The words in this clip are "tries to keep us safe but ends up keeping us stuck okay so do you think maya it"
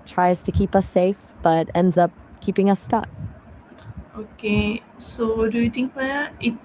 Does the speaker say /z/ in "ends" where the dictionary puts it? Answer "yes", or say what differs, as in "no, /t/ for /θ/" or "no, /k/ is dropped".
yes